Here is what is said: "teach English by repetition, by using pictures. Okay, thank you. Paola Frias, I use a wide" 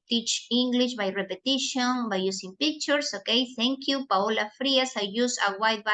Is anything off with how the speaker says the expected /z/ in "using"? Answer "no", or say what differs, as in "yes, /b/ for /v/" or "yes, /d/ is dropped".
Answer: yes, /s/ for /z/